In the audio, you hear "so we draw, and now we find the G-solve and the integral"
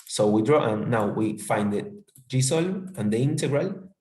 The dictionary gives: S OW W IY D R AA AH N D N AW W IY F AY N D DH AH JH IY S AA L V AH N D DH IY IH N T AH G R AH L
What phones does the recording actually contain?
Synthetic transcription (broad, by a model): S OW W IY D R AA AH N N AW W IY F AY N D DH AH JH IY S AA L AH N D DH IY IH N T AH G R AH L